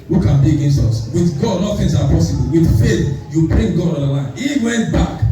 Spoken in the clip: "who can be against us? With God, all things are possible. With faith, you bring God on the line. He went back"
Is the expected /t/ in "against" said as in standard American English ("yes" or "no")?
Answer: yes